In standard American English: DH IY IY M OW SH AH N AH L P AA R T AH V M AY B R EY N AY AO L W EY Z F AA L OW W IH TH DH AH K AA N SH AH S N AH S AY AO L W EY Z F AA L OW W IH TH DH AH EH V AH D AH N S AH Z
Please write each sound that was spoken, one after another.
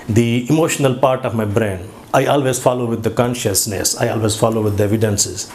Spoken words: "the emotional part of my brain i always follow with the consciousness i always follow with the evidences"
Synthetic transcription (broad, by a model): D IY IY M OW SH AH N AH L P AA R T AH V M AY B R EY N AY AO L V EY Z F AA L OW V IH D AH K AA N SH AH S N AH S AY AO L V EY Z F AA L OW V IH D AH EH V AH D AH N S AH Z